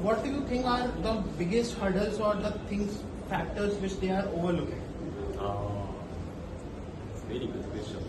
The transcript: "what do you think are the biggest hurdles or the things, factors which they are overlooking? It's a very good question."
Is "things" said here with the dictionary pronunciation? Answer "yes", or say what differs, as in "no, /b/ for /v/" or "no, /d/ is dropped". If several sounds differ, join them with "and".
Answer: no, /t/ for /θ/